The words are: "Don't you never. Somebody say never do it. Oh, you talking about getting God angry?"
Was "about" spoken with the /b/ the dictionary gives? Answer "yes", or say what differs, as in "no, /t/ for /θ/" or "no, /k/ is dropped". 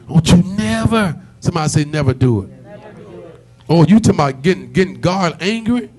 no, /b/ is dropped